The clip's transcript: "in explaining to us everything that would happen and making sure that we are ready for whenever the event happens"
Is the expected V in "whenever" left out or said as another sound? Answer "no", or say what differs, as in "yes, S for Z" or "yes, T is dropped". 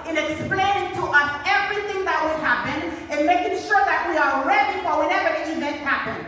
no